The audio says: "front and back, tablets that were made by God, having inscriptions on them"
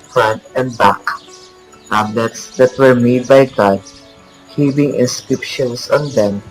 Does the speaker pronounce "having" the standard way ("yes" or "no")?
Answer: no